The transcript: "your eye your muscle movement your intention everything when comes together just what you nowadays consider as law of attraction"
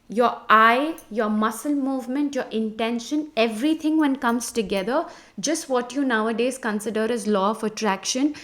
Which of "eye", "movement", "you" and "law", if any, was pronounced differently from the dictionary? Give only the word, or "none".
none